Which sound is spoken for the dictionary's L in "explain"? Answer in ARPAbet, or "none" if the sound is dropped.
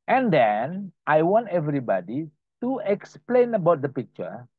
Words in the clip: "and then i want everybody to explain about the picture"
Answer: L